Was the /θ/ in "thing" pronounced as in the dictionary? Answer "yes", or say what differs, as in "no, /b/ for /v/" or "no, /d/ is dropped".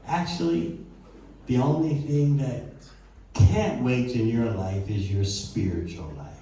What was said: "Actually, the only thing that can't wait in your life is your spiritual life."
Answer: yes